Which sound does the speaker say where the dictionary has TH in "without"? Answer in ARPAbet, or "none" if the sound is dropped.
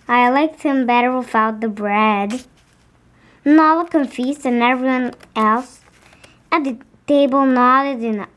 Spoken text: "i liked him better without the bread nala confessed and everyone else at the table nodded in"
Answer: F